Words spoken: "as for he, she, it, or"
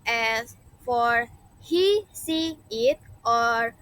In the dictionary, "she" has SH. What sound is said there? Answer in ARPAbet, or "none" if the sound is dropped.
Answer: S